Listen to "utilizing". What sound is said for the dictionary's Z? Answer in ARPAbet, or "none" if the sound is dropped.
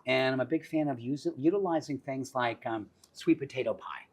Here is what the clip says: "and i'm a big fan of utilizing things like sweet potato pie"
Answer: Z